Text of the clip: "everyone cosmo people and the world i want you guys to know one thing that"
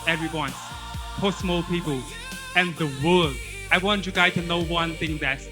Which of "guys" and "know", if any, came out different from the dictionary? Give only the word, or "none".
guys